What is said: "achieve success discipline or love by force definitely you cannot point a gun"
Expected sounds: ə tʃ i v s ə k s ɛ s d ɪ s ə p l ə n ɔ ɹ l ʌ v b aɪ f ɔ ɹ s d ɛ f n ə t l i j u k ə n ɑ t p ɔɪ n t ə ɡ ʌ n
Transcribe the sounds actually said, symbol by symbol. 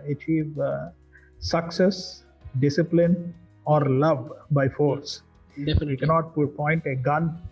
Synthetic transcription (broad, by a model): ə tʃ i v s ə k s ɛ s d ɪ s ə p l ə n ɔ ɹ l ʌ v b aɪ f ɔ ɹ s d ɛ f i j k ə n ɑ t p ɔɪ n t ə ɡ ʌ n